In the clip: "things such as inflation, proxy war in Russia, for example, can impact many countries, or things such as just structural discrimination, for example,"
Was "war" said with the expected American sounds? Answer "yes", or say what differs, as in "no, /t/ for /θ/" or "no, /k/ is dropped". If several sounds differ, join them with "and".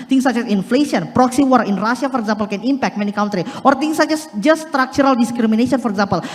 yes